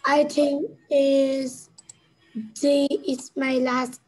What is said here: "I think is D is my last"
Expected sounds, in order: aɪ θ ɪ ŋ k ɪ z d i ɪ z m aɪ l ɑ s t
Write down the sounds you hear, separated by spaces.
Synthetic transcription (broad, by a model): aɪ t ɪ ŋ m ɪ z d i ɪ s m aɪ l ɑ s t